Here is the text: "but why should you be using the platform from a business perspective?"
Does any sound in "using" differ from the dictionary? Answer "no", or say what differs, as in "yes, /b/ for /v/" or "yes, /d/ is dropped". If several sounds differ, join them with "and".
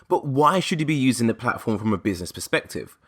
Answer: no